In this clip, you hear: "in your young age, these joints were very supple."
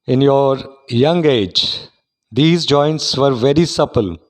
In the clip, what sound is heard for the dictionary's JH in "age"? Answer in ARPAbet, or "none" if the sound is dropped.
JH